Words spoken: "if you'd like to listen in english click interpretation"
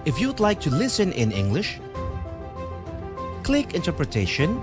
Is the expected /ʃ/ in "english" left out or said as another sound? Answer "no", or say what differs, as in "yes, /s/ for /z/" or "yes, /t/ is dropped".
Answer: no